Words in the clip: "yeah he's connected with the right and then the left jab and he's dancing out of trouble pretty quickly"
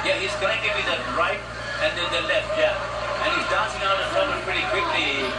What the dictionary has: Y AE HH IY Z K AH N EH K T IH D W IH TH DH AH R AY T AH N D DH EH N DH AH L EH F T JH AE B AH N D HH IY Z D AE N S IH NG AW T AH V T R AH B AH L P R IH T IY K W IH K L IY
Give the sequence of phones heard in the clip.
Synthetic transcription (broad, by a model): Y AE HH IY Z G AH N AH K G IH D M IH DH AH R AY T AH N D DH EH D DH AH L EH F T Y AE AH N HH IY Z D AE N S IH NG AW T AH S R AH AH P R IH T IY K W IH K L IY